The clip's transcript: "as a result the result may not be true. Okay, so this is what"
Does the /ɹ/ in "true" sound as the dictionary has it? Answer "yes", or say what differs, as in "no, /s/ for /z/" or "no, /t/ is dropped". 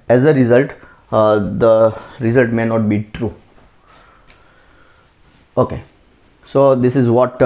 yes